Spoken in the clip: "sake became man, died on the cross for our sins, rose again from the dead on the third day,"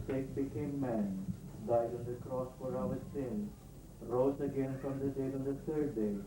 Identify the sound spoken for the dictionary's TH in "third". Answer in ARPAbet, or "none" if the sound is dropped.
T